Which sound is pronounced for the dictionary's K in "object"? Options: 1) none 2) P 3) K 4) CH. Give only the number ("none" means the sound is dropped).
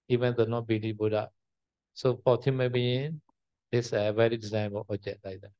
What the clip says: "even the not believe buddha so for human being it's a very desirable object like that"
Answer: 1